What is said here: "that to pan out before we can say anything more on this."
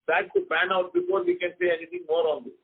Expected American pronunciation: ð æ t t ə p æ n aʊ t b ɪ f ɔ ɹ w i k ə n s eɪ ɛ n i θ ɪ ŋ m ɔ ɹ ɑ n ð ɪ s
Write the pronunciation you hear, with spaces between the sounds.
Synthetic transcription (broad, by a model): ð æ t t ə b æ n aʊ t b ɪ f ɔ ɹ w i k ə n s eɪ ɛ n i t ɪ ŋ m ɔ ɹ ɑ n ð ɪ